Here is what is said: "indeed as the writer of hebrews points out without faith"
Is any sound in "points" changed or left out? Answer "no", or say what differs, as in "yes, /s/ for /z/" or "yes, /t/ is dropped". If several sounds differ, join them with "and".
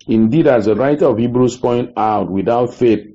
yes, /s/ is dropped